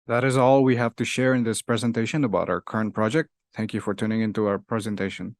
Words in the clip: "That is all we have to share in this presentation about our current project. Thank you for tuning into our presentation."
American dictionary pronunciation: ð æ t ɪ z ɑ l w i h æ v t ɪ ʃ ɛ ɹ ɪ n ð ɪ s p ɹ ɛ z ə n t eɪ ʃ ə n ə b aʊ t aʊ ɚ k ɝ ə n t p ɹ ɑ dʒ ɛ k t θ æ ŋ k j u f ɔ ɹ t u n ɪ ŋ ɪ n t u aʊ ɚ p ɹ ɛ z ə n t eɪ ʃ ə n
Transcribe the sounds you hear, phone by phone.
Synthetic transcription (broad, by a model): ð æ t ɪ z ɑ l w i h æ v t ɪ ʃ ɛ ɹ ɪ n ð ɪ s p ɹ ɛ z ə n t eɪ ʃ ə n ə b aʊ t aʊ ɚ k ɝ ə n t p ɹ ɑ dʒ ɛ k t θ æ ŋ k j u f ɔ ɹ t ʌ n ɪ ŋ ɪ n t u aʊ ɚ p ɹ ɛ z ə n t eɪ ʃ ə n